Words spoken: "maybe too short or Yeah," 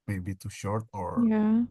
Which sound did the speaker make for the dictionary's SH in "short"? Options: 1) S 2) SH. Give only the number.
2